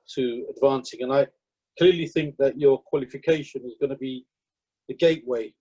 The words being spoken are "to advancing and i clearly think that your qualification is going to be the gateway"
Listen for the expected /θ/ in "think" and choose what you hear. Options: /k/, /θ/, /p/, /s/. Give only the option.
/θ/